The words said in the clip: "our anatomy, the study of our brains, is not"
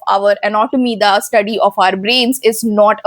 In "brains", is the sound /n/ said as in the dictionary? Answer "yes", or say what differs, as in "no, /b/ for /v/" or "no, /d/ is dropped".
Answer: yes